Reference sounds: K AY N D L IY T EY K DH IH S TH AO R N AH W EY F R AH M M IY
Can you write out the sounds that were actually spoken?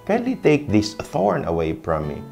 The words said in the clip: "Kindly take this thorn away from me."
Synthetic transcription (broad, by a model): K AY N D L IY T EY K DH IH S TH AO R N AH W EY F R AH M M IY